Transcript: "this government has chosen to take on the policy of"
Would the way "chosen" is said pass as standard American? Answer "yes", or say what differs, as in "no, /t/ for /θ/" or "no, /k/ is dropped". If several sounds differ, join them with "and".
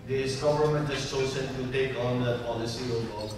no, /s/ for /z/